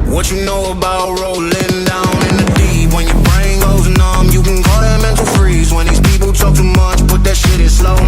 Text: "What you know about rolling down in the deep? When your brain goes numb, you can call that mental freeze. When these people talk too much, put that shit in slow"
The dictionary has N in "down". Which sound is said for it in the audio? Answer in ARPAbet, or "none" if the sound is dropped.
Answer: N